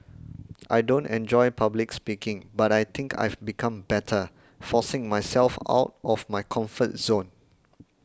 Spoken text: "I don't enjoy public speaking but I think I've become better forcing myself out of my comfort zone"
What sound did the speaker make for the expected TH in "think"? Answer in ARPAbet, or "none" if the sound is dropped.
T